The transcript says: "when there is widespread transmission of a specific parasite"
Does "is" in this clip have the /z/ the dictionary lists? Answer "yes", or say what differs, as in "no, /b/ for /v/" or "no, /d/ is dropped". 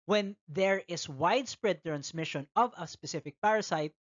no, /s/ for /z/